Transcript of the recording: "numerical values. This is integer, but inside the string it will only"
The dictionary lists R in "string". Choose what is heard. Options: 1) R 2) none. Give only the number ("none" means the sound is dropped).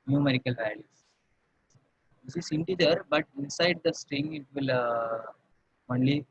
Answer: 1